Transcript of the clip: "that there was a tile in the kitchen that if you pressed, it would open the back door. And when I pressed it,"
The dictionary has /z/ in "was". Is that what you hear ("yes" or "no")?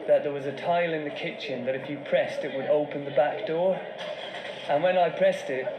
yes